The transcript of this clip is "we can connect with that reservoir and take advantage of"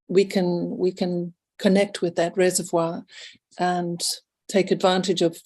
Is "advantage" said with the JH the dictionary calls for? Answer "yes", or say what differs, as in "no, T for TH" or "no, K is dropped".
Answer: yes